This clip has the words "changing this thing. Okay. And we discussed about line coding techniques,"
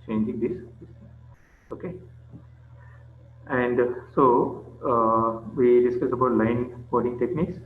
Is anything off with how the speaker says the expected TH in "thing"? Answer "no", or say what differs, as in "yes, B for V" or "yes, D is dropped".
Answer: yes, S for TH